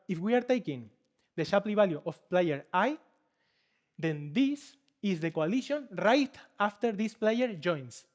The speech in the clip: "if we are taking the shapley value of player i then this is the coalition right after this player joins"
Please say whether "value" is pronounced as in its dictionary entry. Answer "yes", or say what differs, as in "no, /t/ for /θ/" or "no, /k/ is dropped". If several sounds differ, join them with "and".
no, /b/ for /v/